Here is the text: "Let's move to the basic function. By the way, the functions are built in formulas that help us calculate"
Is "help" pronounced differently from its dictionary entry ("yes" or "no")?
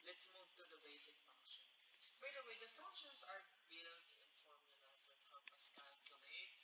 yes